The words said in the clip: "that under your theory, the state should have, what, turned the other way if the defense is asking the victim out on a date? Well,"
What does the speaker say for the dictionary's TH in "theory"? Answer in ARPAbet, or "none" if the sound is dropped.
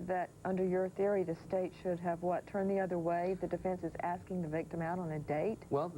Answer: TH